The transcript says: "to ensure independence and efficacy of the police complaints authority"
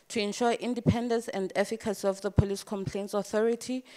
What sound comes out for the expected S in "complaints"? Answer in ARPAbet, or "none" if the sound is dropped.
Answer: S